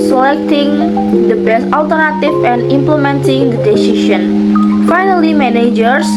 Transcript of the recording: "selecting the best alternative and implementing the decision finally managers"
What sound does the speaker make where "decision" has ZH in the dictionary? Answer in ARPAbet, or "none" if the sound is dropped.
SH